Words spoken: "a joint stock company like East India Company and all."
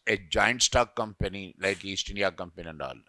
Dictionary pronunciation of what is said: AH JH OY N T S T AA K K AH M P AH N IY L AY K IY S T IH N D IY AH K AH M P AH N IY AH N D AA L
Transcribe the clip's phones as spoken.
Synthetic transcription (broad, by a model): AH JH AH N T S T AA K K AH M P AH N IY L AY K IY S T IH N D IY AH K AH M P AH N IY AH N D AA L